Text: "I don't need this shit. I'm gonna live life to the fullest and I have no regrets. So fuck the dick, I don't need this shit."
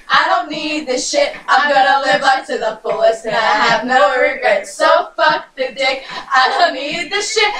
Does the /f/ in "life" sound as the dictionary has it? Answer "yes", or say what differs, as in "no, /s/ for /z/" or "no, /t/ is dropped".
no, /p/ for /f/